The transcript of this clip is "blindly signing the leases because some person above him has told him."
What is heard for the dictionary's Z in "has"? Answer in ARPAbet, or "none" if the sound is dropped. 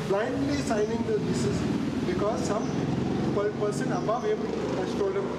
S